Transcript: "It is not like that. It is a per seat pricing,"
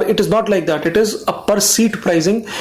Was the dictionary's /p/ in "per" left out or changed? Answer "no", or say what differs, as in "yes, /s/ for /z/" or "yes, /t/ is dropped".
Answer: no